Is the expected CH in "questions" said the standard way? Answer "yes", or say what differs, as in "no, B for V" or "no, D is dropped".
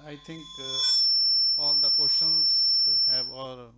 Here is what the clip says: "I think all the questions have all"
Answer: no, CH is dropped